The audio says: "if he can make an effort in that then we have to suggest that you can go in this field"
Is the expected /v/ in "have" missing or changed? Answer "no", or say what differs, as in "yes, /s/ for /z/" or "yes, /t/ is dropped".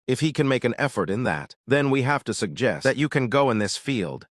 yes, /f/ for /v/